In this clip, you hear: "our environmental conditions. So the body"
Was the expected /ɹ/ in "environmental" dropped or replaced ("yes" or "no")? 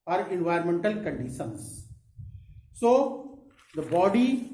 yes